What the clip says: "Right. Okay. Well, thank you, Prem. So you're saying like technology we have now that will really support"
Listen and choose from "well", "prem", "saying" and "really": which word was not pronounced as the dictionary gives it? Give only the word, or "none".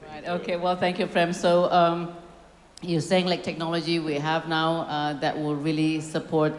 prem